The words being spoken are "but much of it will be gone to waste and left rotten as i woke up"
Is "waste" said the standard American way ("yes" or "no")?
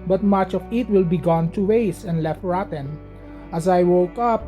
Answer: no